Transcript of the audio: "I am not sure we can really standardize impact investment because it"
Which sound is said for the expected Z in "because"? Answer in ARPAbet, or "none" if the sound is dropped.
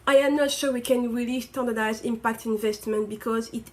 Z